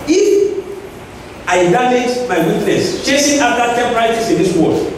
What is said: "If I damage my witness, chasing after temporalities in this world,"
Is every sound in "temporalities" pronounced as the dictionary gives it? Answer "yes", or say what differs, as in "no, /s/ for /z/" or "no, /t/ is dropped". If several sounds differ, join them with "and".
no, /l/ is dropped and /s/ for /z/